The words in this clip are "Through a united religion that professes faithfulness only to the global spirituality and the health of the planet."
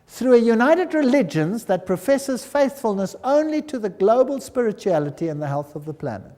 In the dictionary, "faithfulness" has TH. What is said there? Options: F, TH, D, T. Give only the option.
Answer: TH